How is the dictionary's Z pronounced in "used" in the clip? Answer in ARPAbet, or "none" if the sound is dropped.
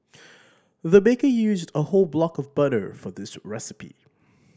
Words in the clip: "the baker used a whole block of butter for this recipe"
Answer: Z